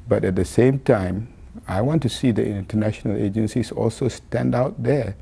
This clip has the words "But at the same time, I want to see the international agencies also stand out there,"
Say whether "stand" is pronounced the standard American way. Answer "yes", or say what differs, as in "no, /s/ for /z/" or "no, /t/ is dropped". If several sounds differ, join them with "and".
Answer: yes